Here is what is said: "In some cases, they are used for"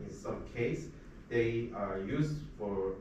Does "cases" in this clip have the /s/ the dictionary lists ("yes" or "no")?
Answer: no